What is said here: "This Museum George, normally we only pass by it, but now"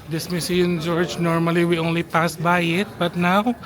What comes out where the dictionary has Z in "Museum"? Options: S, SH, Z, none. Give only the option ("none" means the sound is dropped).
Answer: S